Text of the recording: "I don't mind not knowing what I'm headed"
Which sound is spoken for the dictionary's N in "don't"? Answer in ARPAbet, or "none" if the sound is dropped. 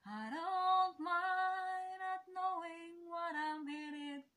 L